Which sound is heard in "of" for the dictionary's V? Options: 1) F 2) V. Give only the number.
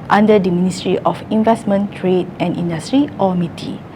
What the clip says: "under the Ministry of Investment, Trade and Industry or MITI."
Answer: 1